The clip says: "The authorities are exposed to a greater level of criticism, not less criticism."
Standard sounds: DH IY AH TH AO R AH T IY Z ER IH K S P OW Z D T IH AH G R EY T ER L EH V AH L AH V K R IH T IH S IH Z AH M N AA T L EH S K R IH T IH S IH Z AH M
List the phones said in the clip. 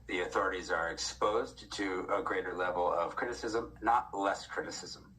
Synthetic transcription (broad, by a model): DH IY AH TH AO R AH T IY Z ER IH K S P OW Z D T IH AH G R EY T ER L EH V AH L AH V K R IH T IH S IH Z AH M N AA T L EH S K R IH T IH S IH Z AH M